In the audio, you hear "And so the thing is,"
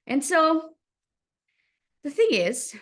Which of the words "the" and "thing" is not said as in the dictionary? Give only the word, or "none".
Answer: none